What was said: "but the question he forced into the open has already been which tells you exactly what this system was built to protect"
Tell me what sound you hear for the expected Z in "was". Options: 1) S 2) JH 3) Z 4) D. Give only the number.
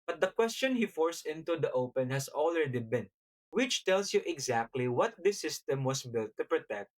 1